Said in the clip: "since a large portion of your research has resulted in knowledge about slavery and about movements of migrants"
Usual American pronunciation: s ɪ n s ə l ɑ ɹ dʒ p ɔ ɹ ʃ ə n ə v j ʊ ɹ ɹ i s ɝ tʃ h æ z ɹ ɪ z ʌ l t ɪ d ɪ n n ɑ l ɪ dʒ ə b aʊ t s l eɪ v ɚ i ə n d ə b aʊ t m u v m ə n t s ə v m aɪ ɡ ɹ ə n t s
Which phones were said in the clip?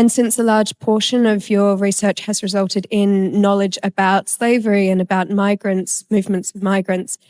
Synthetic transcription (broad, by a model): s ɪ n s ə l ɑ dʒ p ɔ ʃ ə n ə v j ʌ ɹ ɹ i s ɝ tʃ h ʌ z ɹ ɪ z ʌ l t ɪ d ɪ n n ɑ l ɪ dʒ ə b aʊ t s l eɪ v ɚ i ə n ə b aʊ t m u v m ə n t s ə v m aɪ ɡ ɹ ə n t s